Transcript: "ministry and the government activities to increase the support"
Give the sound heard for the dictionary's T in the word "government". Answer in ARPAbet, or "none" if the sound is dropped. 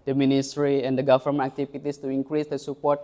none